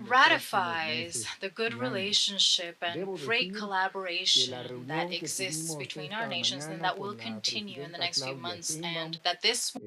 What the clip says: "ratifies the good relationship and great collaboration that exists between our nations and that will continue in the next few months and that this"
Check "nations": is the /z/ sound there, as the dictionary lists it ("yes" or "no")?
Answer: yes